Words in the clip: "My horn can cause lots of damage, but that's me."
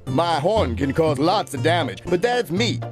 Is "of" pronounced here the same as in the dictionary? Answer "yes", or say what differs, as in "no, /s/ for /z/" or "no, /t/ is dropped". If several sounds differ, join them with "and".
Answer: yes